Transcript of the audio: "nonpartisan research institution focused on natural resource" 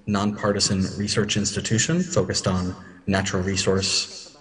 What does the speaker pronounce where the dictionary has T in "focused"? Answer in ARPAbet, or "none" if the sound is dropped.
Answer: T